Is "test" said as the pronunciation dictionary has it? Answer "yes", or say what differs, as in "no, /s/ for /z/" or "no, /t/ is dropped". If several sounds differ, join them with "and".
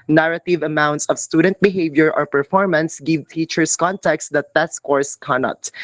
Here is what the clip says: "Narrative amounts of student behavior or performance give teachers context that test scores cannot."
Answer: no, /s/ is dropped